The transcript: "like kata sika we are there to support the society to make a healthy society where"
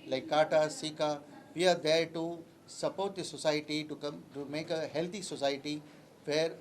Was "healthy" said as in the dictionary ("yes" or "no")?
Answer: no